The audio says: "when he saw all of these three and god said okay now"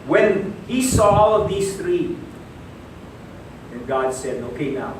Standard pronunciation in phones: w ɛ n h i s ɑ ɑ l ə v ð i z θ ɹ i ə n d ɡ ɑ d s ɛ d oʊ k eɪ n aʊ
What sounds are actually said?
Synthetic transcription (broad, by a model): w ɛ n h i s ɑ ɑ l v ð i s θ ɹ i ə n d ɡ ɑ d s ɛ d oʊ k eɪ n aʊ